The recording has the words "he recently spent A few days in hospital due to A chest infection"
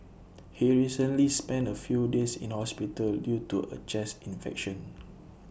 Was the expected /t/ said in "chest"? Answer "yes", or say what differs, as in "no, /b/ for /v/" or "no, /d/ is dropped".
no, /t/ is dropped